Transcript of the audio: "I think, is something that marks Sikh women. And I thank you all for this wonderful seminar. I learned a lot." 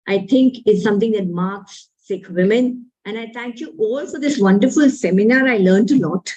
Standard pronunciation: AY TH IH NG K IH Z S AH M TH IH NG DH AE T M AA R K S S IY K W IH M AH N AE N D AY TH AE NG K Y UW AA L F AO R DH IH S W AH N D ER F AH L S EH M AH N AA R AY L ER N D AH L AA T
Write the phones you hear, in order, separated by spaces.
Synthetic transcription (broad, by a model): AY T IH NG K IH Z S AH M T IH NG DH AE T M AA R K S S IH K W IH M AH N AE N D AY T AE NG K Y UW AA L F AO R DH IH S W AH N D ER F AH L S EH M AH N AA R AY L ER N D AH L AA T